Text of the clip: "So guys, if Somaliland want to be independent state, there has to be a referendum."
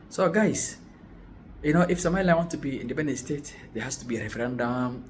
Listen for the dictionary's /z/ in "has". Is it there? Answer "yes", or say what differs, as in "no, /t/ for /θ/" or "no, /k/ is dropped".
no, /s/ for /z/